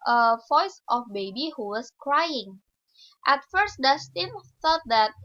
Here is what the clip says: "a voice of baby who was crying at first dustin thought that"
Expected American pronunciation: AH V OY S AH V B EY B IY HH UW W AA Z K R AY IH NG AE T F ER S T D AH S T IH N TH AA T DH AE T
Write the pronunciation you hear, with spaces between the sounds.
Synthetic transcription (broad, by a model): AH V OY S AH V B EY B IY HH UW W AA S K R AY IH NG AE T F ER S T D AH S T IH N F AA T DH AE T